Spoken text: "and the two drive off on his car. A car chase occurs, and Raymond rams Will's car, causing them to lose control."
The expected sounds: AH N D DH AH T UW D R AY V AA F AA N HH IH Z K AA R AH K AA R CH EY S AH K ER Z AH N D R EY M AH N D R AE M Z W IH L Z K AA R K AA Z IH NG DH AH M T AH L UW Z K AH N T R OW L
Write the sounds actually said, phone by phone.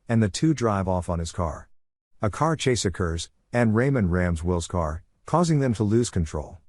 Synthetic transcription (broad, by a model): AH N DH AH T UW D R AY V AA F N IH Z K AA R AH K AA R CH EY S AH K ER Z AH N R EY M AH N R AE M Z W IH L Z K AA R K AA Z IH NG DH AH M T AH L UW Z K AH N T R OW L